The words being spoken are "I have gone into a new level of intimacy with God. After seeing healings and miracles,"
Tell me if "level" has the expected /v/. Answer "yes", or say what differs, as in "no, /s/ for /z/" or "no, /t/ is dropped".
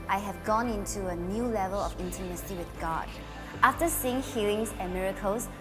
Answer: yes